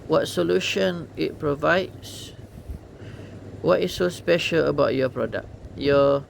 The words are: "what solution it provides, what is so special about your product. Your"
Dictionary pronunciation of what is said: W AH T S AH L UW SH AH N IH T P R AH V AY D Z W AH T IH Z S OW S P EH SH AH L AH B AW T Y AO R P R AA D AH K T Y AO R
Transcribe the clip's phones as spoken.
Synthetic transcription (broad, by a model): W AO T S AH L UW SH AH N IH T P R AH V AY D S W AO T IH S OW S P EH SH AH L AH B AW T Y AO P R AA D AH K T Y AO